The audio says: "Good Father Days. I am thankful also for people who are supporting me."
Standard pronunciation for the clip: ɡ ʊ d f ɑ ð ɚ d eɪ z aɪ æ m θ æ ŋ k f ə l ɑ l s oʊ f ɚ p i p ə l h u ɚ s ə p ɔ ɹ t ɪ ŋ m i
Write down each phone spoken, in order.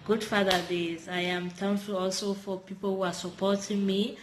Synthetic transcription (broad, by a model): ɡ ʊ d f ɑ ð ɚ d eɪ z aɪ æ m t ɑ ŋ f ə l ɑ l s oʊ f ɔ p i p ə l h u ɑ s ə p ɔ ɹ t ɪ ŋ m i